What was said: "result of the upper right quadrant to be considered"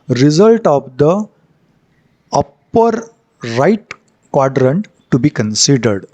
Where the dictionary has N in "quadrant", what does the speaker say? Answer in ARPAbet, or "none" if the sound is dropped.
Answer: N